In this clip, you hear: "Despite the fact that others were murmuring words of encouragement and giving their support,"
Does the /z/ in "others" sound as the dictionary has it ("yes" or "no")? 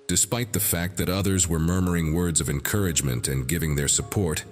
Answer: yes